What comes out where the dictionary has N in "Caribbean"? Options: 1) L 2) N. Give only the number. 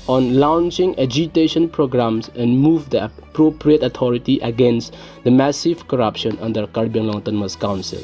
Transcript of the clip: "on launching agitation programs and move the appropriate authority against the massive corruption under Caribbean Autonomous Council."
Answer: 1